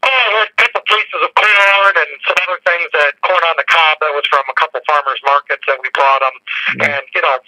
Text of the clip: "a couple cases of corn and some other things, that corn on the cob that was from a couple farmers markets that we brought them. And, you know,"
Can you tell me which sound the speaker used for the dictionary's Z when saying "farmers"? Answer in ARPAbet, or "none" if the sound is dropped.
Z